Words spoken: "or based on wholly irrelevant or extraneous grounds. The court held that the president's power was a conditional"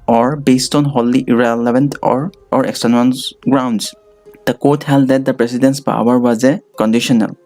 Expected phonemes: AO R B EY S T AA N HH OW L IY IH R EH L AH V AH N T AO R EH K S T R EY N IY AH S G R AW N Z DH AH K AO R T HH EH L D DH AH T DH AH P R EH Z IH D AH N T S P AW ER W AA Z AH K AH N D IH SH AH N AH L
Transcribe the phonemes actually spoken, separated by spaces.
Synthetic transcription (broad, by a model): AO R B EY S T AA N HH OW L IY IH R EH L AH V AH N T AO R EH K S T EY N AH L G R AW N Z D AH K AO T HH EH L D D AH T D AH P R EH S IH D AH N S P AW ER W AA Z AH K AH N D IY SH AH N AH L